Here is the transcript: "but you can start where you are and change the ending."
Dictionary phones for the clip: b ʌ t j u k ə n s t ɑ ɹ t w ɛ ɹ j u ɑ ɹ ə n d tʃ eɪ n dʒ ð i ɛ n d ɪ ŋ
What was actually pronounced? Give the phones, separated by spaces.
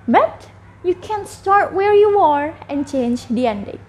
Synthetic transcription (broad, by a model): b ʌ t j u k ə n s t ɑ ɹ t w ɛ ɹ j u ɑ ɹ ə n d tʃ eɪ n dʒ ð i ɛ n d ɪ